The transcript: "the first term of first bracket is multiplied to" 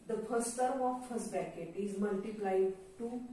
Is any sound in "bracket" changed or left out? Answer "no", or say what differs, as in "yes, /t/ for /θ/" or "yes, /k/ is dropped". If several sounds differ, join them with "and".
yes, /ɹ/ is dropped